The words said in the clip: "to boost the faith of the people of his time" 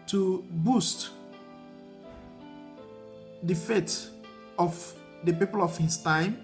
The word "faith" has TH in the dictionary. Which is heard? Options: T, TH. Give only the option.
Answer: T